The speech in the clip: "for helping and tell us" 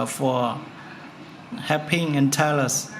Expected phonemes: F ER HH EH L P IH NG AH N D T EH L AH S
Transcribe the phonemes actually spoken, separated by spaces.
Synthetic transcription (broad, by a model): F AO HH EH P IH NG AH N T EH L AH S